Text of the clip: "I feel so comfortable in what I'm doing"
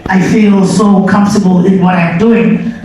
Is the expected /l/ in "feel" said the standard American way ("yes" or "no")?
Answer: yes